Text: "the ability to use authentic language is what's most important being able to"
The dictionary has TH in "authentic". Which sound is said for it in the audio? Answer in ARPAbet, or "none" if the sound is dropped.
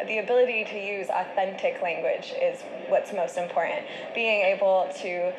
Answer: TH